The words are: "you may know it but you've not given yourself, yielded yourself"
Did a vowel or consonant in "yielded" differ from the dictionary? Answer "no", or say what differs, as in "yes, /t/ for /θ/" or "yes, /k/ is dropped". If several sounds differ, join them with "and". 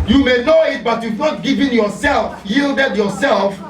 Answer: no